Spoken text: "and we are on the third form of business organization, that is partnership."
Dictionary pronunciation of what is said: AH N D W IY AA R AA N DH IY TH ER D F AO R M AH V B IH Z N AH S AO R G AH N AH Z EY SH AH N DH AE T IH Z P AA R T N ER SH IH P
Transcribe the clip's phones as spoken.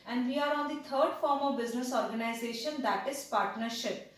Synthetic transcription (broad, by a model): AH N D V IY AA R AA N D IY T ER D F AO R M AH V B IH Z N AH S AO R G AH N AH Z EY SH AH N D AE T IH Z P AA R T N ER SH IH P